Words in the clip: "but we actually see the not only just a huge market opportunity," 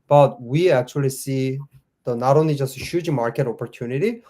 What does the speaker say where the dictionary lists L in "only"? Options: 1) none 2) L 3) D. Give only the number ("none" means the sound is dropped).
2